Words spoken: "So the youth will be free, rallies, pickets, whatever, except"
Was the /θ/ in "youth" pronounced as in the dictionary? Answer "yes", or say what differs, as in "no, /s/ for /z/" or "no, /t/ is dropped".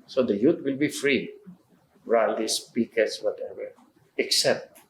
no, /t/ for /θ/